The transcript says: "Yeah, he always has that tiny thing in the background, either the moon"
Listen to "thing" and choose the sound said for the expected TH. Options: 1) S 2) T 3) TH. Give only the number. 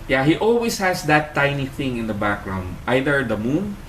3